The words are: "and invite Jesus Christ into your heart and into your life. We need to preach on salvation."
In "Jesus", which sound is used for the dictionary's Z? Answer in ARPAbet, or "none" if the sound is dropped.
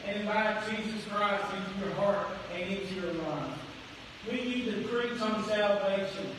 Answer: Z